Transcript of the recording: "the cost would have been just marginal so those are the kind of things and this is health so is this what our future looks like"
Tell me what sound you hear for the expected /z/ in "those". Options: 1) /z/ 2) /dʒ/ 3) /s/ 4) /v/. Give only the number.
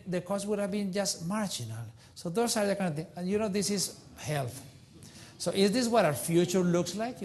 3